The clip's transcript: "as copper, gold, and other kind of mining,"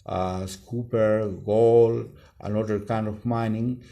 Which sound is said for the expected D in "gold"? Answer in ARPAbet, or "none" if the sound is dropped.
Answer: none